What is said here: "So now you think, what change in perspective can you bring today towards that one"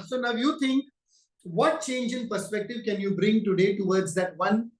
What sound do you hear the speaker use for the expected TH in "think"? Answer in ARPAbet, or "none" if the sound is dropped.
T